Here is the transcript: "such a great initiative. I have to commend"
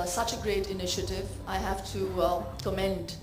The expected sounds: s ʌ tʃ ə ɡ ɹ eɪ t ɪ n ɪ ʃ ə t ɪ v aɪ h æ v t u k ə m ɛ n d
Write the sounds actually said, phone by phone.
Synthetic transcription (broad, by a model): s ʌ tʃ ə ɡ ɹ eɪ t ɪ n ɪ ʃ ə t ɪ v aɪ h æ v t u k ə m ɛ n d